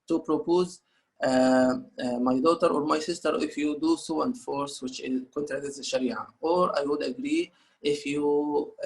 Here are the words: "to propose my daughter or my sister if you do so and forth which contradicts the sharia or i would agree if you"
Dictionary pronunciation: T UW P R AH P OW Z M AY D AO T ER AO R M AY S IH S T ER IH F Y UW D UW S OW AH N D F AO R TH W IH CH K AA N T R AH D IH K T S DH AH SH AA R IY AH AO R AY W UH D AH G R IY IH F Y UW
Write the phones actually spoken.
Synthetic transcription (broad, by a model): T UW P R AH P OW Z M AY D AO T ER AO R M AY S IH S T ER IH F Y UW D UW S OW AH N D F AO R S W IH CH K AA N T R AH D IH T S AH SH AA R IY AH AO R AY W UH D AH G R IY IH F Y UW